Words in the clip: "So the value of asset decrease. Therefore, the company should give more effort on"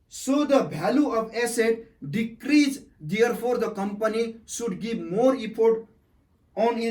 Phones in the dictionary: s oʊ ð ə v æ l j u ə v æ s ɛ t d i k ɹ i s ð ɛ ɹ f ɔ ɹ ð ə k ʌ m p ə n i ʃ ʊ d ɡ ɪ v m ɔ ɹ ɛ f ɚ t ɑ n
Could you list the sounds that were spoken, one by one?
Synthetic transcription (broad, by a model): s oʊ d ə b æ l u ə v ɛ s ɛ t d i k ɹ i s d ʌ ɹ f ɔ ɹ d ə k ʌ m p ə n i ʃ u d ɡ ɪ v m ɔ ɹ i p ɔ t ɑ n